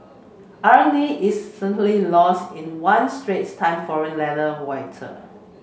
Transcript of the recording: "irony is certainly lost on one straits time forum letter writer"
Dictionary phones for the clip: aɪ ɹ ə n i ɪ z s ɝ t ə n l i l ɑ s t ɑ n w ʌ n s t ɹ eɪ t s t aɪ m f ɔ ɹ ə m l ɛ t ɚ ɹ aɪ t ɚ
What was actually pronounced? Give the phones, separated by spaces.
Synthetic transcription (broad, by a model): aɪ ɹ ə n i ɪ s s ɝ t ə l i l ɑ s t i n w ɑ n s t ɹ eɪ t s t aɪ m f ɔ ɹ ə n l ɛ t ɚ w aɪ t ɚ